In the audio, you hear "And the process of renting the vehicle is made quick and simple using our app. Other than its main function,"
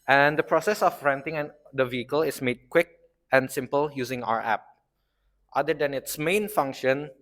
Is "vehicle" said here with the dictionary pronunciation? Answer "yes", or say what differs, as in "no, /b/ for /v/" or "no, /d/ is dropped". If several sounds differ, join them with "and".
yes